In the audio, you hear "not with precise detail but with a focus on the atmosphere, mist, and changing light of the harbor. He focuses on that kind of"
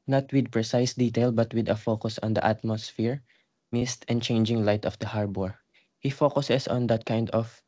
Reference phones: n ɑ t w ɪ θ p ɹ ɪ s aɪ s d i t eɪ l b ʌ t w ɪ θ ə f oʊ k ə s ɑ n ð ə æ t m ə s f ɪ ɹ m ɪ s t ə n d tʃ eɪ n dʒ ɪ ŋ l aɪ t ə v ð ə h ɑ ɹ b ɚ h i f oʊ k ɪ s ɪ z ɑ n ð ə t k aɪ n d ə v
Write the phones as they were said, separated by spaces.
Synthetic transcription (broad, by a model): n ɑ t w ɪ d p ɹ ɪ s aɪ s d i t eɪ l b ʌ t w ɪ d ə f oʊ k ə s ɑ n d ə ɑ t m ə s f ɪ ɹ m ɪ s t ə n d tʃ eɪ n dʒ ɪ ŋ l aɪ t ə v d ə h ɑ ɹ b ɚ h i f oʊ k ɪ s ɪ s ɑ n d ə t k aɪ n d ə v